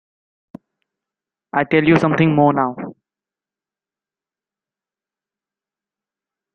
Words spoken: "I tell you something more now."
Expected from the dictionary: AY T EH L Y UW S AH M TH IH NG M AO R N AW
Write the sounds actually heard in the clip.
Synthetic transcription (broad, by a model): AY T EH L Y UW S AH M T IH NG M AO N AW